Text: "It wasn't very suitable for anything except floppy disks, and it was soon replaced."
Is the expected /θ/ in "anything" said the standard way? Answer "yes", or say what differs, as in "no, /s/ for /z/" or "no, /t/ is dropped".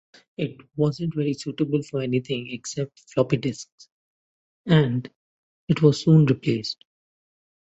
no, /t/ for /θ/